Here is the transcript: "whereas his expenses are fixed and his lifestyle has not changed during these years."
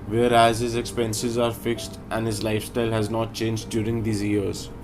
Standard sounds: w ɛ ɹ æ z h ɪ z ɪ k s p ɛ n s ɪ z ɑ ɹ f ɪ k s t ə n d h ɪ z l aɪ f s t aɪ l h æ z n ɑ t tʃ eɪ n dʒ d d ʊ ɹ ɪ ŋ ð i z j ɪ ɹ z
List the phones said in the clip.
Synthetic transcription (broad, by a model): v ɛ ɹ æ z h ɪ z ɪ k s p ɛ n s ɪ z ɑ ɹ f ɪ k s t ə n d h ɪ z l aɪ f s t aɪ l h æ z n ɑ t tʃ eɪ n dʒ d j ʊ ɹ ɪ ŋ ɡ i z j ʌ ɹ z